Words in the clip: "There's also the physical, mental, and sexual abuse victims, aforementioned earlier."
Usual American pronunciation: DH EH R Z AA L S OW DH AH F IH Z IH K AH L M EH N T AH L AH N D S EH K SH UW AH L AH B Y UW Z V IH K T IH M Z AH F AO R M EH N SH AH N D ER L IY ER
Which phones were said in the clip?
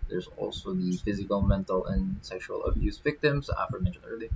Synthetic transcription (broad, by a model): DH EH R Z AA L S OW DH AH F IH Z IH K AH L M EH N T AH L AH N S EH K SH UW AH L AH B Y UW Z V IH K T IH M Z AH F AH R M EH N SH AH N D ER L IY